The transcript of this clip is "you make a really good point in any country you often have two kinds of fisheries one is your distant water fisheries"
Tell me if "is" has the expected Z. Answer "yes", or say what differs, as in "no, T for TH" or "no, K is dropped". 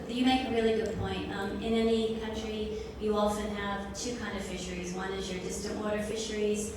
yes